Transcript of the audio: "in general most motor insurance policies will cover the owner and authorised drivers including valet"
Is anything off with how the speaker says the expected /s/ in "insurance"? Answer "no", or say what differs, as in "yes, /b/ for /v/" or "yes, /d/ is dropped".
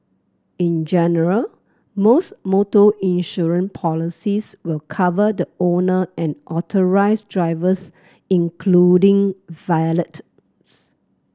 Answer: yes, /s/ is dropped